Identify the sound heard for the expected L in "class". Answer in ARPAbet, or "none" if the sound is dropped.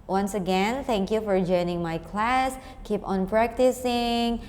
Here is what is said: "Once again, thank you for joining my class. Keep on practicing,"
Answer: L